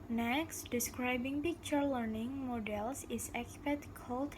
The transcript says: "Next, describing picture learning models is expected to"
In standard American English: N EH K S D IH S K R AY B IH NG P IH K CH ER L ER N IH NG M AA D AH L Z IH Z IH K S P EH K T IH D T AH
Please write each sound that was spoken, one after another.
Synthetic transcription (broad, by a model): N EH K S D IH S K R AY B IH NG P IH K CH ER L ER N IH NG M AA D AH L S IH S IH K P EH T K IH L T